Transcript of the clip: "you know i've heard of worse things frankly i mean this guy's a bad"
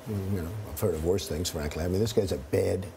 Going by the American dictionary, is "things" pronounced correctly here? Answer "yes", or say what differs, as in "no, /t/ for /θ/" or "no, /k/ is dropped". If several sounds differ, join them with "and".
yes